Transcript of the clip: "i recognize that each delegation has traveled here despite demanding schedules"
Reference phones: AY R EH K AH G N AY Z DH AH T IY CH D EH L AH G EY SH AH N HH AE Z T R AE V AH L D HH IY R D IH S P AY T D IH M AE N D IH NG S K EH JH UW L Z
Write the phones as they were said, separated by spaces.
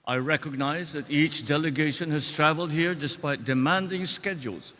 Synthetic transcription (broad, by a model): AY R EH K AH G N AY Z DH AH T IY CH D EH L AH G EY SH AH N HH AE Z T R AE V AH L D HH IY R D IH S P AY T D IH M AE N D IH NG S K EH JH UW L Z